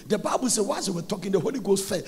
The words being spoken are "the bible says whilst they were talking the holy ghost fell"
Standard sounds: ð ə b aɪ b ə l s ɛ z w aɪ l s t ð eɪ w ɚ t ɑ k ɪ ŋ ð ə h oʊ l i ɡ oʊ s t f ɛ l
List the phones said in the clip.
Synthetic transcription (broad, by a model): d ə b aɪ b ə l s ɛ w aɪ s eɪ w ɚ t ɑ k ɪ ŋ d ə h oʊ l i ɡ oʊ s t f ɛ